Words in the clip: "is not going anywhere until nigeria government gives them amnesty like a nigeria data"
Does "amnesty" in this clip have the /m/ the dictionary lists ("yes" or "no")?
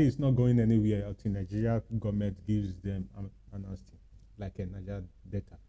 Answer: no